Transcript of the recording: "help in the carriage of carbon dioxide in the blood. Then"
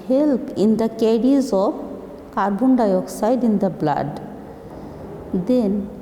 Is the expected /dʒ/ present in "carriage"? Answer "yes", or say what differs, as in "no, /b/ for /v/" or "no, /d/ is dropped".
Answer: no, /z/ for /dʒ/